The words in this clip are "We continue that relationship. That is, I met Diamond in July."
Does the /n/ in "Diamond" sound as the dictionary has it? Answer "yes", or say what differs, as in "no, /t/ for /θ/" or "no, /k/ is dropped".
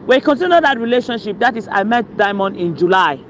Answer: yes